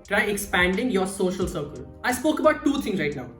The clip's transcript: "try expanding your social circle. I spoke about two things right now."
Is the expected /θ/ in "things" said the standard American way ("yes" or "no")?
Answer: no